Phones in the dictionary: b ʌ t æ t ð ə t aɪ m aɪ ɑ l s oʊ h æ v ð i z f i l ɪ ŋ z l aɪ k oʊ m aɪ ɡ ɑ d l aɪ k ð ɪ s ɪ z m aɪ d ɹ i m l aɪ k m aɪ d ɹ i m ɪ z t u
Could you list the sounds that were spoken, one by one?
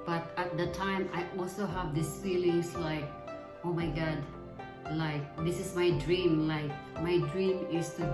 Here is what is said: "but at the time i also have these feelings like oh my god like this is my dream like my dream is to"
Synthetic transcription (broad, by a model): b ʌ t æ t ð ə t aɪ m aɪ ɑ l s oʊ h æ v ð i s f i l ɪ ŋ s l aɪ k oʊ m aɪ ɡ ɑ d l aɪ k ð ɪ s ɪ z m aɪ d ɹ i m l aɪ k m aɪ d ɹ i m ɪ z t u